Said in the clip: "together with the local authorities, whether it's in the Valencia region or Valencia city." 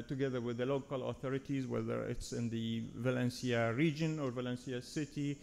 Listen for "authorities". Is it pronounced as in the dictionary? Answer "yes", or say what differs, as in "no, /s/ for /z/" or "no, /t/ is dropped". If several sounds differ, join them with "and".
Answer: yes